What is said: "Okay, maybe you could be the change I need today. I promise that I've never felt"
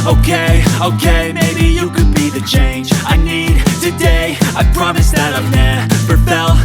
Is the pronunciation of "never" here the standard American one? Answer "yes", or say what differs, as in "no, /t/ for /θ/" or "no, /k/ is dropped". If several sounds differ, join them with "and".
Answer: no, /p/ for /v/